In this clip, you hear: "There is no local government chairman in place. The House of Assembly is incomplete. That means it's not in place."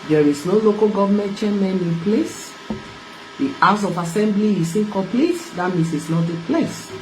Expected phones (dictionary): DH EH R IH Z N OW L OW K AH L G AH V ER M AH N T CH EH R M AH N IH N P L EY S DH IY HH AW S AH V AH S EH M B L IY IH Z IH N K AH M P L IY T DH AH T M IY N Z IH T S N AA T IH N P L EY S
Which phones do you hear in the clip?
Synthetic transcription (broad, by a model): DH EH R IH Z N OW L OW K AH L G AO V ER M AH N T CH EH M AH N IH N P L EY S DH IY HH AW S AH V AH S EH M B L IY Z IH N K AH P L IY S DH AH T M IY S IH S N AA T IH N P L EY S